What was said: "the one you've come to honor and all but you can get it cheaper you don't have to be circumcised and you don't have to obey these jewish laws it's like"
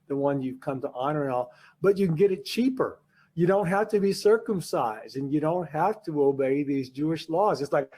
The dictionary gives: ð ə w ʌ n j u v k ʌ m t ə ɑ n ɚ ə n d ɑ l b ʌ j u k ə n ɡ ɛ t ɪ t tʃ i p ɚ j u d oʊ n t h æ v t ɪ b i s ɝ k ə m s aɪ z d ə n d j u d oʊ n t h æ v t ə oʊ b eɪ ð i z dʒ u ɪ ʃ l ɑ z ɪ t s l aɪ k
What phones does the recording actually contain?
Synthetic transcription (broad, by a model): ð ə w ʌ n j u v k ʌ m t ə ɑ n ɚ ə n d ɑ l b ʌ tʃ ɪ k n ɡ ɛ t ɪ t tʃ i p ɚ j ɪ d oʊ n t h æ f t ɪ b i s ɝ k ə m s aɪ z d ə n j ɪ d oʊ n t h æ f t ə oʊ b eɪ ð i z dʒ u ɪ ʃ l ɑ z ɪ t s l aɪ k